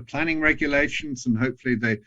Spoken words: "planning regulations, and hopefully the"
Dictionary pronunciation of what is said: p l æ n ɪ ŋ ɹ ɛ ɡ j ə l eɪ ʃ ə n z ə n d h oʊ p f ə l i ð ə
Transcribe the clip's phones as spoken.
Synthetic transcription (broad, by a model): p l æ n ɪ ŋ ɹ ɛ ɡ j ə l eɪ ʃ ə n z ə n h oʊ p f ə l i ð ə